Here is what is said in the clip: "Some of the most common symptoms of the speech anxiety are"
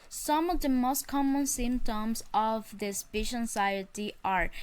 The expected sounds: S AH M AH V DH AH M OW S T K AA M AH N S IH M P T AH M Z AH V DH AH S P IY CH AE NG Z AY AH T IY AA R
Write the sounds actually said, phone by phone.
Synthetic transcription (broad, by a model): S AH M AH V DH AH M OW S T K AA M AH N S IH M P T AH M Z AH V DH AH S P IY SH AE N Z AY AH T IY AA R